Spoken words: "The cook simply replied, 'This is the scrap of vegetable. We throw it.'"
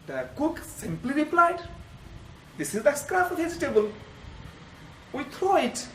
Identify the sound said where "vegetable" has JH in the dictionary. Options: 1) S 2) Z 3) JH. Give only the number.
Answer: 2